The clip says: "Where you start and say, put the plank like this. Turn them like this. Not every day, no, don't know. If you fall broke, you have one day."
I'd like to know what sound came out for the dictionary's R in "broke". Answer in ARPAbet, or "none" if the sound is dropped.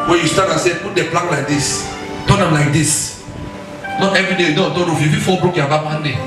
R